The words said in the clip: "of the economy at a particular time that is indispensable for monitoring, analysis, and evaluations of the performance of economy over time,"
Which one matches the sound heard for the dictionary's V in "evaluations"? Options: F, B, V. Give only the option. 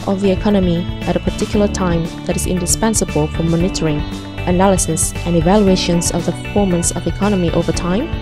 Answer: V